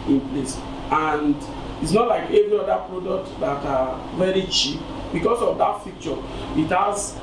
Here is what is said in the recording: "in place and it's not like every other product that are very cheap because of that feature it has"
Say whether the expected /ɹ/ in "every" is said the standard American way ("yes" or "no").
yes